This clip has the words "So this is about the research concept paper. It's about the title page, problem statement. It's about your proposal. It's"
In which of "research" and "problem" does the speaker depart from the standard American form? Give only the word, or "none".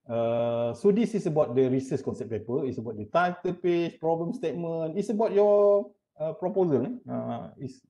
research